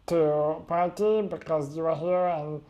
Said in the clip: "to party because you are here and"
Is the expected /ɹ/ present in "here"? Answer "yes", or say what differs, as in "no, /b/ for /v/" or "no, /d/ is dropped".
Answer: yes